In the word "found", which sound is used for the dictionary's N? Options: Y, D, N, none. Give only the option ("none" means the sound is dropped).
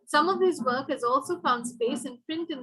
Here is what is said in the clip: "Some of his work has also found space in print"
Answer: N